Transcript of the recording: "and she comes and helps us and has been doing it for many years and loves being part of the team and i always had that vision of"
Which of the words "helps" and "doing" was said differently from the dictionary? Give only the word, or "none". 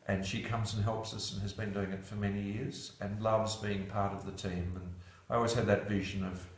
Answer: none